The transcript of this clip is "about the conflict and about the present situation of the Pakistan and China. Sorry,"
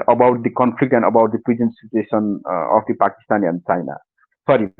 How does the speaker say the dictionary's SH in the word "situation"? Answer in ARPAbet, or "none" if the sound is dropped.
S